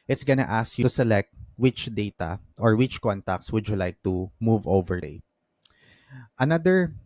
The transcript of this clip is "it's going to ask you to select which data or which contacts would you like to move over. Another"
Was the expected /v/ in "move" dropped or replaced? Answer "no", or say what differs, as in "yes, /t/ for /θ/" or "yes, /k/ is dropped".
no